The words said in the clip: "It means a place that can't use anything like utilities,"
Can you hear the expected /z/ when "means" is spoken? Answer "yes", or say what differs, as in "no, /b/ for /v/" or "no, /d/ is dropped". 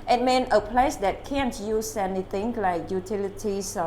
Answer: no, /z/ is dropped